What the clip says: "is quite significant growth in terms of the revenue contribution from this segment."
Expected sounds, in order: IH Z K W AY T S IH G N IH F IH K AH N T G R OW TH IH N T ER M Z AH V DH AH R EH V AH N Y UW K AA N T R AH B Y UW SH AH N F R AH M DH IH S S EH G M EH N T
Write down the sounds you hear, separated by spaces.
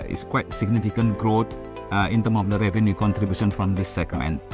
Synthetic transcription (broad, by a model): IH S K W AY T S IH G N IH F IH K AH N T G R OW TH IH N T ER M AH V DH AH R EH V AH N Y UW K AA N T R AH B Y UW SH AH N F R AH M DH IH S S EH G M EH N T